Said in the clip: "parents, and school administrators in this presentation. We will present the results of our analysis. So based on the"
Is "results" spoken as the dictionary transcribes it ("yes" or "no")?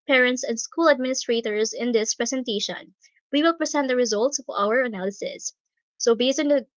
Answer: yes